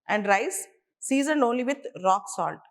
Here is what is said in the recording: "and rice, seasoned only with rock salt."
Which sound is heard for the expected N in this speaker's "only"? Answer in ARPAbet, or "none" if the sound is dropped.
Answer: N